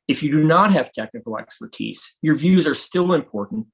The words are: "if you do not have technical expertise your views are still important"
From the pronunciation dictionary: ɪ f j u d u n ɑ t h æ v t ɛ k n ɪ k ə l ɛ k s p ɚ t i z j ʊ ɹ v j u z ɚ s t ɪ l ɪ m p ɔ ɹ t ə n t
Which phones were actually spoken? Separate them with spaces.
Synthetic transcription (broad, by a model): ɪ f j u d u n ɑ t h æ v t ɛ k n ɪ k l ɛ k s p ɚ t i z j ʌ ɹ v j u z ɚ s t ɪ l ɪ m p ɔ ɹ t n t